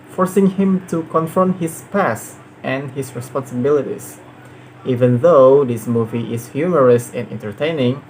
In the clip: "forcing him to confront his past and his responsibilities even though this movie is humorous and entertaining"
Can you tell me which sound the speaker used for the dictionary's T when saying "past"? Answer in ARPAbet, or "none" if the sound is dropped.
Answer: T